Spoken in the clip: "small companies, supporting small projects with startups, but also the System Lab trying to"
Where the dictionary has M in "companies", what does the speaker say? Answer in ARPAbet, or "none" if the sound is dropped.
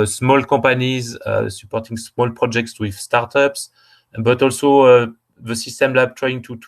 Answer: none